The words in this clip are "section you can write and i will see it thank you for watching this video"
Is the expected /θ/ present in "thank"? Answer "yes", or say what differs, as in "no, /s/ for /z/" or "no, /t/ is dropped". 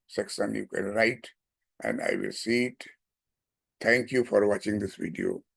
no, /t/ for /θ/